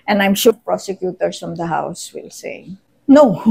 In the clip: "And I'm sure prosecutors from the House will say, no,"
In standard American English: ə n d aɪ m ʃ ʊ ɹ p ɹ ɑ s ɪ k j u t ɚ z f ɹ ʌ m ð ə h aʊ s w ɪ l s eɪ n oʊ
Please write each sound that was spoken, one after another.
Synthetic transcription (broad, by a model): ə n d aɪ m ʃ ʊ p ɹ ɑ s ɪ k j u t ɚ s f ɹ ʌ m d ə h aʊ s w ɪ l s eɪ n oʊ